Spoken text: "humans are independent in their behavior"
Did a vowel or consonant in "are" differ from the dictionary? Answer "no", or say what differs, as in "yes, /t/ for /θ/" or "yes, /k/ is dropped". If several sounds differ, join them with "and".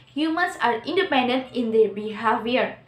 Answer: no